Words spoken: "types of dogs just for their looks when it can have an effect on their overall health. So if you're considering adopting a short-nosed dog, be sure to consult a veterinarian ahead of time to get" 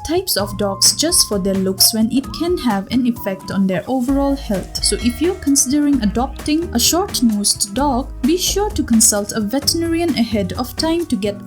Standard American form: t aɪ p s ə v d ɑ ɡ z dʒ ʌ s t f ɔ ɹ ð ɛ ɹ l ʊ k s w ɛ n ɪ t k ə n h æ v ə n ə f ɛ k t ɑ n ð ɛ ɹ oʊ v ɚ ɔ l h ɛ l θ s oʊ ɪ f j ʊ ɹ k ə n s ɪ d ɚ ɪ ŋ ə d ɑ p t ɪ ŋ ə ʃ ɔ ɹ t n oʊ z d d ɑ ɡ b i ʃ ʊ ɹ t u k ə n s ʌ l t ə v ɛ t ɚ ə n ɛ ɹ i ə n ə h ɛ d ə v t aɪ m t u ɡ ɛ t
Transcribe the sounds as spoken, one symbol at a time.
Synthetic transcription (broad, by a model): t aɪ p s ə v d ɑ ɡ s dʒ ʌ s t f ɔ ɹ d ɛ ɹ l ʊ k s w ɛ n ɪ t k ə n h æ v ə n ə f ɛ k t ɑ n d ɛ ɹ oʊ v ɚ ɔ l h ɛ l t s oʊ ɪ f j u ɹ k ə n s ɪ d ɚ ɪ ŋ ə d ɑ p t ɪ ŋ ə ʃ ɔ ɹ t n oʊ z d d ɑ ɡ b i ʃ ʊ ɹ t u k ə n s ʌ l t ə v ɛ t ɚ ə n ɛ ɹ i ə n ə h ɛ d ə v t aɪ m t u ɡ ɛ t